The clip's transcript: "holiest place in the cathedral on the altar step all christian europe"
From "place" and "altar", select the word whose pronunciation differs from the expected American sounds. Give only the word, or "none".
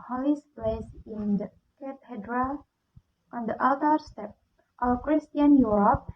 altar